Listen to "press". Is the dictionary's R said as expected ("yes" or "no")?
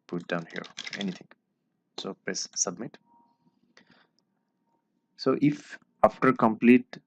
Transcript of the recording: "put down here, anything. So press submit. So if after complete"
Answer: no